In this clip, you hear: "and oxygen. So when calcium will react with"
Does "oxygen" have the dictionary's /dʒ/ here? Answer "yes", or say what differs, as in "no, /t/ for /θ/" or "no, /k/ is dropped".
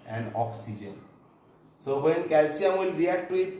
yes